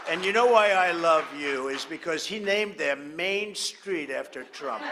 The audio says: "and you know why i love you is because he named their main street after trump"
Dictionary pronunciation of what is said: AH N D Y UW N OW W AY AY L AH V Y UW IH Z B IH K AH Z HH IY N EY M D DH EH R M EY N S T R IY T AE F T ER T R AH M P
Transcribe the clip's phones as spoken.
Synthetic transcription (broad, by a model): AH N Y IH N OW W AY AY L AH V Y UW IH Z B IH K AH Z HH IY N EY M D DH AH R M EY N S T R IY T AE F T ER T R AH M P